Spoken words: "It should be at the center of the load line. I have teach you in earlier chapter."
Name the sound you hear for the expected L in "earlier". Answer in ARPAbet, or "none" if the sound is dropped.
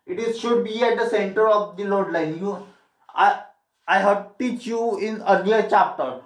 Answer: N